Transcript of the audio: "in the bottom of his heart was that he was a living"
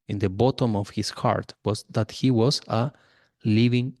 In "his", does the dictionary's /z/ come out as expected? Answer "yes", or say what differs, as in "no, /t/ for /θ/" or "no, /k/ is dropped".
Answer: no, /s/ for /z/